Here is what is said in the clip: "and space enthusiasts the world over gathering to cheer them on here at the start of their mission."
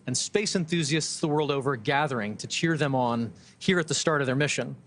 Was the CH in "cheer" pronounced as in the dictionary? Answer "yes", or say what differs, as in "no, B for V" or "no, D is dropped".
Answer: yes